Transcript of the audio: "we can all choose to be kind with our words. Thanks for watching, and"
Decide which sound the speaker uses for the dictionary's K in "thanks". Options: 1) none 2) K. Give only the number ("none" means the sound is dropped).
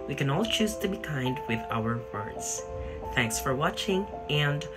2